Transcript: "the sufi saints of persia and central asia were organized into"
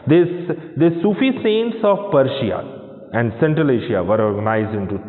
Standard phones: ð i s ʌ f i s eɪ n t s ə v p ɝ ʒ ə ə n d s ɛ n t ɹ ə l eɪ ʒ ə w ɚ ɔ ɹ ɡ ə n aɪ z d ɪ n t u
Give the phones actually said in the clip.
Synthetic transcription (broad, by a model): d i s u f i s eɪ n t s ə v p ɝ ʃ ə ə n d s ɛ n t ɹ ə l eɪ ʃ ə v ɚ ɔ ɹ ɡ ə n aɪ z d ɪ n t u